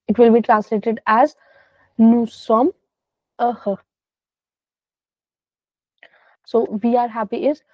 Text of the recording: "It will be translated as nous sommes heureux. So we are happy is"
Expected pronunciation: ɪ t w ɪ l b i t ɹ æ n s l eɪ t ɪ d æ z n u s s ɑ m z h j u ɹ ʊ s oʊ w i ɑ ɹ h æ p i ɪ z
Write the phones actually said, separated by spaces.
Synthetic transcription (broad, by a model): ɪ t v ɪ l b i t ɹ æ n s l eɪ t ɪ d æ z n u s s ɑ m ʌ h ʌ s oʊ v i ɑ ɹ h æ p i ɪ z